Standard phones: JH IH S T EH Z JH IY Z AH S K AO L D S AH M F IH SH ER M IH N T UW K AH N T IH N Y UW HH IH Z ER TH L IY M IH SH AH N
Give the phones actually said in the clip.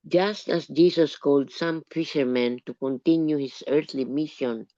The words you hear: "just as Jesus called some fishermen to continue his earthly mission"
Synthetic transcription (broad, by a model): JH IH S T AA S JH IY S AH S K AO L D S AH M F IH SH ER M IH N T UW K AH N T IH N Y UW HH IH S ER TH L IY M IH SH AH N